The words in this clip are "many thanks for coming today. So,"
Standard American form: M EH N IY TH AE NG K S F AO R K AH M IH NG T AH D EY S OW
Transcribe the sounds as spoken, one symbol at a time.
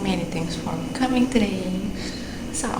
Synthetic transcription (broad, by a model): M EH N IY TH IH NG S F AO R K AH M IH NG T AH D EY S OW